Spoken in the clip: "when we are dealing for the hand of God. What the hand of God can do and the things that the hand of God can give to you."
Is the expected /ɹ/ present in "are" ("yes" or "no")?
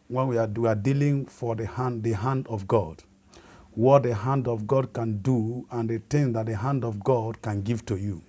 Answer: no